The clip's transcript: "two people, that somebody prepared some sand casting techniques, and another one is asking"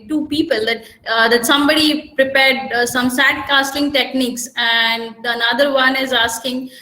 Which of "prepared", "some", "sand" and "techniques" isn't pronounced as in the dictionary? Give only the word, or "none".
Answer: sand